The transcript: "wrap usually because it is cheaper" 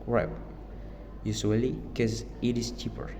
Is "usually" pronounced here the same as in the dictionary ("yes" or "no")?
no